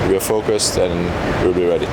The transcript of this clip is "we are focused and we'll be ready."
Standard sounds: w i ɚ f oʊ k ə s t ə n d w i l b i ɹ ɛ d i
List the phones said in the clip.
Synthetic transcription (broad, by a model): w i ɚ f oʊ k ə s t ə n w i l b i ɹ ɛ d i